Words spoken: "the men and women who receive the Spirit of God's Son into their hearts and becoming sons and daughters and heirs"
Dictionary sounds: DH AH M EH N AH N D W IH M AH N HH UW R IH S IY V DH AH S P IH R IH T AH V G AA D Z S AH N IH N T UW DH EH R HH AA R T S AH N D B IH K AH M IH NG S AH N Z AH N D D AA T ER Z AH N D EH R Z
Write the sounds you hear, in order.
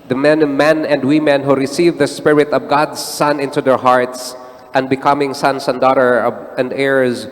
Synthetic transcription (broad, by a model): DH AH M EH N AH N D W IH M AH N HH UW R IH S IY V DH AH S P IH R IH T AH V G AA D S AH N IH N T UW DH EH R HH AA R T S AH N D B IH K AH M IH NG S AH N S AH N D D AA T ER AH N D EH R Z